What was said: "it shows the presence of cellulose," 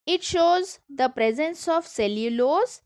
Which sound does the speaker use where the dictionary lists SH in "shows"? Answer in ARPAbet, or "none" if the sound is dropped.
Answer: SH